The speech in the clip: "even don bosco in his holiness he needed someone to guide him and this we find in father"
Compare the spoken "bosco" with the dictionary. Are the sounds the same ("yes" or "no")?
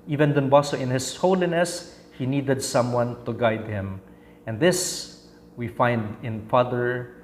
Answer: no